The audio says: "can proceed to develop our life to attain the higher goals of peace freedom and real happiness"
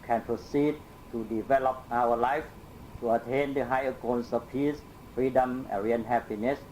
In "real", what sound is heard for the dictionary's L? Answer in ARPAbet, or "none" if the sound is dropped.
N